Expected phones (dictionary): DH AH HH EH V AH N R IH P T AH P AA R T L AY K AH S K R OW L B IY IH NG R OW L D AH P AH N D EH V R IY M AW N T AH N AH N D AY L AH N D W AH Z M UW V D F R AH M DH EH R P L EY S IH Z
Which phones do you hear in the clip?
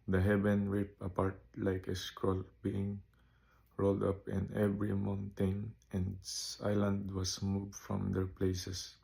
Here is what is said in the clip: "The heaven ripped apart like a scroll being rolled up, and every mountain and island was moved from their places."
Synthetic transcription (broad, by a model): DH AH HH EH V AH N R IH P AH P AA R T L AY K AH S K R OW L B IY IH NG R OW L D AH P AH N EH V R IY M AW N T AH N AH N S AY L AH N D W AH S M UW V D F R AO M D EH R P L EY S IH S